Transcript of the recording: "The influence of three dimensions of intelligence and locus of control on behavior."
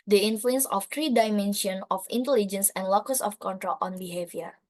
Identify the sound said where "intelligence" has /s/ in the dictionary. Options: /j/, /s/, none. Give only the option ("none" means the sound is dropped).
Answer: /s/